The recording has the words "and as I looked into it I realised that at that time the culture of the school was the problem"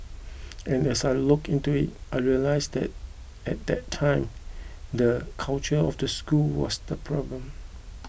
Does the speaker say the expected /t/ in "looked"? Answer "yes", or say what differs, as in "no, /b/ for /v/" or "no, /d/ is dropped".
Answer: no, /t/ is dropped